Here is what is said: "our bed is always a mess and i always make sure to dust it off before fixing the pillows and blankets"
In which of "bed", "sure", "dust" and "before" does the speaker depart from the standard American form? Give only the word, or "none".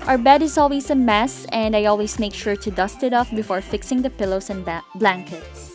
none